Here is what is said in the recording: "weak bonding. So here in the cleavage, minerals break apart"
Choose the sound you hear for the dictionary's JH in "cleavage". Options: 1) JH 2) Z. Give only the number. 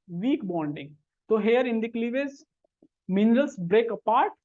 2